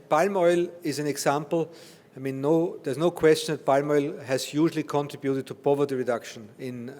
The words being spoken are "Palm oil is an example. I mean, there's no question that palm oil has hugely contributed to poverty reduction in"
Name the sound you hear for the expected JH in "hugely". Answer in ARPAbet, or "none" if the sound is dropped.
ZH